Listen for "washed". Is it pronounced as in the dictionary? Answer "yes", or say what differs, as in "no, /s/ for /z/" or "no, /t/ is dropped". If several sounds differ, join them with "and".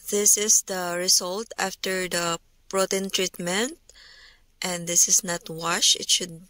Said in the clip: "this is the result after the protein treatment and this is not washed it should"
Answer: no, /t/ is dropped